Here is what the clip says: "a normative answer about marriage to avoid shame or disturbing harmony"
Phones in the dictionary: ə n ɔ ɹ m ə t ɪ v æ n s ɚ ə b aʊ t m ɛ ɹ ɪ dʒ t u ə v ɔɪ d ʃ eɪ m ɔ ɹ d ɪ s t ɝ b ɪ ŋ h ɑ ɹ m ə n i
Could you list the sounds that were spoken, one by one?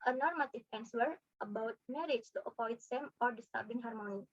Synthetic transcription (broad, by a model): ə n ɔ ɹ m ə t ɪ p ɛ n s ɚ ə b aʊ t m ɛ ɹ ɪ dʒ t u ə p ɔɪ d s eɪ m ɔ ɹ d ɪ s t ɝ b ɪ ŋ h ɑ ɹ m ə n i